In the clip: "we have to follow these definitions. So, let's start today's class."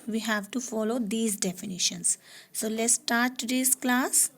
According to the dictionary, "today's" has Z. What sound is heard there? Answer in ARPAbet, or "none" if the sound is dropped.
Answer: S